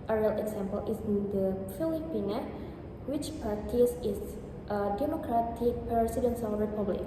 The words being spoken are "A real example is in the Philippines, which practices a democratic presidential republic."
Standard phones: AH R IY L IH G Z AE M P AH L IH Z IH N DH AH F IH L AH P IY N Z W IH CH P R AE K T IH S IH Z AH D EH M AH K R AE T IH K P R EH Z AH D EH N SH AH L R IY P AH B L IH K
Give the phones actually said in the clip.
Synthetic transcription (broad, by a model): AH R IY L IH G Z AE M P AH L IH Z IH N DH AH F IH L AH P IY N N W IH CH P AA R T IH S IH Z AH D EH M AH K R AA T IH K P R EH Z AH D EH N S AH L R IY P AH B L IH K